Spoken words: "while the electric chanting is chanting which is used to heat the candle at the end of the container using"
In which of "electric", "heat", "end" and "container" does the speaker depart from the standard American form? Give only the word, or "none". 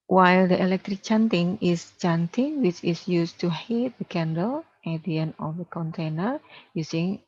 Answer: end